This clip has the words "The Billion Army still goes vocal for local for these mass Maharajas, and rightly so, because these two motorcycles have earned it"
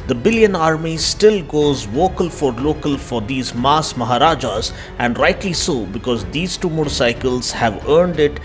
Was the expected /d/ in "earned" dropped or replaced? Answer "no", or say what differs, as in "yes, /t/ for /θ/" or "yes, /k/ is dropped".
no